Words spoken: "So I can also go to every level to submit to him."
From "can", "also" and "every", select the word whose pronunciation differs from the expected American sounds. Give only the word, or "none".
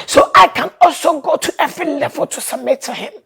none